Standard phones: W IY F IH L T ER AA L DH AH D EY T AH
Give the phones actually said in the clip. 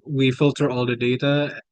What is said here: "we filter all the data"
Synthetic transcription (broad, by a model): W IY F IH L T ER AA L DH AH D EY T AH